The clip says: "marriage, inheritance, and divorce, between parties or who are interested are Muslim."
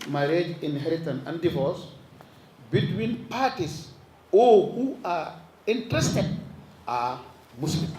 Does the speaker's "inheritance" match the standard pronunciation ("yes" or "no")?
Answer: no